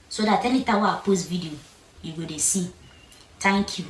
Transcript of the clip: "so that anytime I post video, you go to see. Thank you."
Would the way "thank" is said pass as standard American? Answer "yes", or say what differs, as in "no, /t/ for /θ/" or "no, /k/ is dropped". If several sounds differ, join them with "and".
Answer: no, /t/ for /θ/